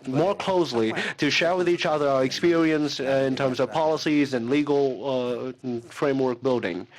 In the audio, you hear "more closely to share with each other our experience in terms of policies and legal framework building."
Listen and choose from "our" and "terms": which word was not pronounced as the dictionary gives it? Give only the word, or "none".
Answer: none